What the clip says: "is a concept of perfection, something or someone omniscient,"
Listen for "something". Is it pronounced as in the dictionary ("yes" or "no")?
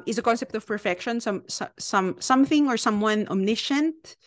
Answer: yes